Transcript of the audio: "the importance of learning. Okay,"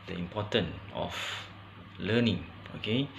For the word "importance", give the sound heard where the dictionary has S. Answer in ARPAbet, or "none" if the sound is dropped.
none